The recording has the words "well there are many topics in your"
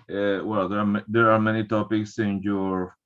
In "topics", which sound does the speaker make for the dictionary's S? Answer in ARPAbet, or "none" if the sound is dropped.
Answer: S